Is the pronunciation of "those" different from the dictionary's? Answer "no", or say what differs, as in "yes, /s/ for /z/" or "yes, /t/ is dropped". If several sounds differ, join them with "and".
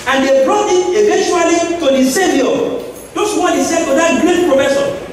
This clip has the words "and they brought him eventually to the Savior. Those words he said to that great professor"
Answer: yes, /s/ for /z/